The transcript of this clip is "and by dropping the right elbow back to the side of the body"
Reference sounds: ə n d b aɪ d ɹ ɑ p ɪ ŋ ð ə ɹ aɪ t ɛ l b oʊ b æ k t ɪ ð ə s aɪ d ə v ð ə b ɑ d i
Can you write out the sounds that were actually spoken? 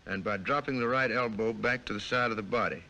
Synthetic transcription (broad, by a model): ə n b aɪ d ɹ ɑ p ɪ ŋ ð ə ɹ aɪ t ɛ l b oʊ b æ k t ɪ ð ə s aɪ d ə v ð ə b ɑ d i